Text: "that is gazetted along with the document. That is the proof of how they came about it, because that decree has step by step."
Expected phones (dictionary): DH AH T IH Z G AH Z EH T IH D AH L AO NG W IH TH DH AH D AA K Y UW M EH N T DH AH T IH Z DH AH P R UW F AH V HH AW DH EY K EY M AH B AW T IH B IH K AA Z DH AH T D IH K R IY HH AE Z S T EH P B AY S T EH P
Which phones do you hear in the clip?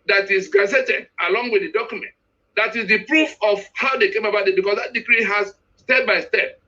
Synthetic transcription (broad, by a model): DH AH T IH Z G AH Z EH T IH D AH L AO NG W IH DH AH D AA K Y UW M EH N T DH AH T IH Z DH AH P R UW F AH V HH AW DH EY K EY M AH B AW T IH B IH K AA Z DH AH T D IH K R IY HH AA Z S T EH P B AY S T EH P